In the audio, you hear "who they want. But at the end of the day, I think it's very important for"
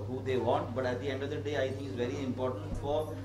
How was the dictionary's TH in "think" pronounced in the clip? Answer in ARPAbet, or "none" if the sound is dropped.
T